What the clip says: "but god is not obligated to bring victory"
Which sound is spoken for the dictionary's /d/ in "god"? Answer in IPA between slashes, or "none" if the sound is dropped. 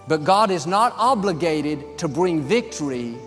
/d/